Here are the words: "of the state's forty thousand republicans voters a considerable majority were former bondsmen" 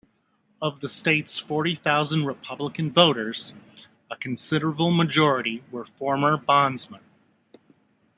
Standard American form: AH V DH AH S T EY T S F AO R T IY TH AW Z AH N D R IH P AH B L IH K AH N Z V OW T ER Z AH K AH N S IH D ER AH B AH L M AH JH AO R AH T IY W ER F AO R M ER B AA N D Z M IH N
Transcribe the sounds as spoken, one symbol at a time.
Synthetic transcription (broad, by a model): AH V DH AH S T EY T S F AO R T IY TH AW Z AH N D R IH P AH B L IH K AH N V OW T ER Z AH K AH N S IH D ER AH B L M AH JH AO R AH T IY W ER F AO R M ER B AA N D Z M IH N